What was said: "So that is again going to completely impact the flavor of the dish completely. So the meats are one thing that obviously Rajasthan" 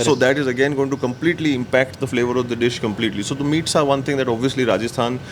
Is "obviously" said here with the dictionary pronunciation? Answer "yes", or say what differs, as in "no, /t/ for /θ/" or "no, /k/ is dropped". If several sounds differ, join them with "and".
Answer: yes